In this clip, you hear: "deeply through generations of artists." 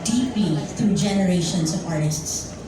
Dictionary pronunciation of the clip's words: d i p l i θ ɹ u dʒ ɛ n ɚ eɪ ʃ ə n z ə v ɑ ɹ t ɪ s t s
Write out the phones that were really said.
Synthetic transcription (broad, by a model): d i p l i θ ɹ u dʒ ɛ n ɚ eɪ ʃ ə n s ə v ɑ ɹ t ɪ s t s